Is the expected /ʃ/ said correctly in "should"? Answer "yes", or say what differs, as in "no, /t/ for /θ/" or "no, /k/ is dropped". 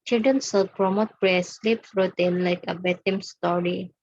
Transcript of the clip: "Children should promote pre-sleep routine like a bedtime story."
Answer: no, /s/ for /ʃ/